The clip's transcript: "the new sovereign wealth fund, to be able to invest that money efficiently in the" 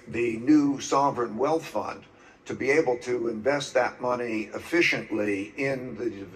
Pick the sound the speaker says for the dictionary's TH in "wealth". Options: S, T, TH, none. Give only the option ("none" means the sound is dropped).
TH